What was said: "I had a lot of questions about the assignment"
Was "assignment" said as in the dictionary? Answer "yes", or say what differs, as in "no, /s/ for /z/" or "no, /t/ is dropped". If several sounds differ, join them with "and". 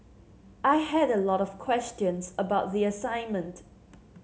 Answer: yes